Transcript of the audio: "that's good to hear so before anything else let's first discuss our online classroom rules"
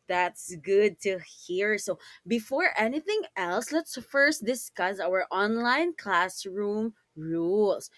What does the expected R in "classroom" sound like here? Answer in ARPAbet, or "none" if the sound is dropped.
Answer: R